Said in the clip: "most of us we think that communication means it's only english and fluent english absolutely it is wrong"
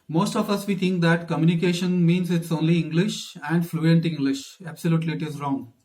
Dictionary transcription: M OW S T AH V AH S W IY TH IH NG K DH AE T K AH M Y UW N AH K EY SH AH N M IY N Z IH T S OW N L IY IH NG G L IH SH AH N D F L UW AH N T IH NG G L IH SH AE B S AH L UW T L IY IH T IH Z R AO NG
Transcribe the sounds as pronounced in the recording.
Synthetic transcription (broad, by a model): M OW S T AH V AH S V IY T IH NG K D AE T K AH M Y UW N AH K EY SH AH N M IY N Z IH T S OW N L IY IH NG G L IH SH AH N D F L UW AH N T IH NG G L IH SH AE B S AH L UW T L IY IH T IH Z R AO NG